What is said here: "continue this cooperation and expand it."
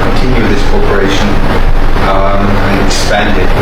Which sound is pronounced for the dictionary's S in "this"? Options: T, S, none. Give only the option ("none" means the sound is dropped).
S